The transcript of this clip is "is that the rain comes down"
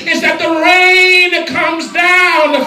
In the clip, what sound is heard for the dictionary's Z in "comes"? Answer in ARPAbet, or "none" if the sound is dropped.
Z